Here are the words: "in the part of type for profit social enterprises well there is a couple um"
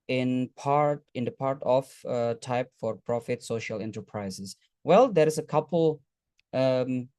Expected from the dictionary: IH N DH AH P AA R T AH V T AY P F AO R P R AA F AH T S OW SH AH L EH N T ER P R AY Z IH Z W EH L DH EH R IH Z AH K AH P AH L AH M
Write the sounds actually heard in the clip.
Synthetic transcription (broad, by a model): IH N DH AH P AA R T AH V T AY P F AO R P R AA F AH T S OW SH AH L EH N T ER P R AY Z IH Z W EH L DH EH R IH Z AH K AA P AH L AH M